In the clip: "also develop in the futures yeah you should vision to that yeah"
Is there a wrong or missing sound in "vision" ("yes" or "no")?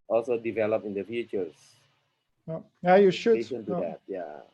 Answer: yes